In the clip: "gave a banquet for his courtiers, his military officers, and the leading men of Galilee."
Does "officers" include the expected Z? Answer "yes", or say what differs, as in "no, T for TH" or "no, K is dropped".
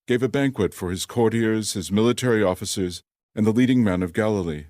yes